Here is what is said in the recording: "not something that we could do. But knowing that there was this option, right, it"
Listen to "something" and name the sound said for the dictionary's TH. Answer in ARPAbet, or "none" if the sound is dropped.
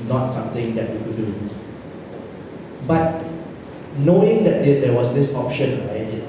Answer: T